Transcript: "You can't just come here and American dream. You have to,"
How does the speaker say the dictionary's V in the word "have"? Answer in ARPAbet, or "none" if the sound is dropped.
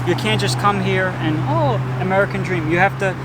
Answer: F